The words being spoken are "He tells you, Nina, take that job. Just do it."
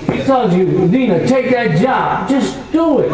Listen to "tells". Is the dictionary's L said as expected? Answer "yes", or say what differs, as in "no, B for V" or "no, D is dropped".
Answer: no, L is dropped